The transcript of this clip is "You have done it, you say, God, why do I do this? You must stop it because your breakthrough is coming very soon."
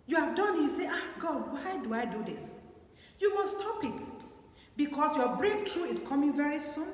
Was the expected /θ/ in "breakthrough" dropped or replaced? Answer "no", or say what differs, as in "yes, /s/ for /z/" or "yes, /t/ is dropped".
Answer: yes, /t/ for /θ/